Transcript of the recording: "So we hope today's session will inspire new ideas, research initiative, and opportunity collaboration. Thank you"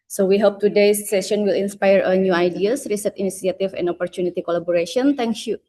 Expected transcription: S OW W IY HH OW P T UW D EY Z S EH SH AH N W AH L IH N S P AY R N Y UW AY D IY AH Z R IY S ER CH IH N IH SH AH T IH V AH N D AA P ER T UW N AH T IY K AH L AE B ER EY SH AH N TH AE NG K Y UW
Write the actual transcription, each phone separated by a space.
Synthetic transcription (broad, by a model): S OW W IY HH OW P T UW D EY S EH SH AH N W AH L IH N S P AY R N Y UW AY D IY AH S R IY S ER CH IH N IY S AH T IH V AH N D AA P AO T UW N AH T IY K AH L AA B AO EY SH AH N T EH NG K Y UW